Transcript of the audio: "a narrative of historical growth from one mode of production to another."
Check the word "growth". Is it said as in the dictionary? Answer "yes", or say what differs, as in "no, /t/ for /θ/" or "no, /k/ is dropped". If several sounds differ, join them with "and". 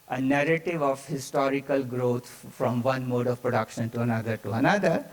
no, /t/ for /θ/